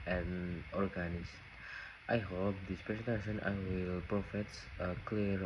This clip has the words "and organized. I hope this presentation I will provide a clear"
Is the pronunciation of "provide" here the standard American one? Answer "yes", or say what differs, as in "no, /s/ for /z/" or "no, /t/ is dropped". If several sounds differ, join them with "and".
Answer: no, /f/ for /v/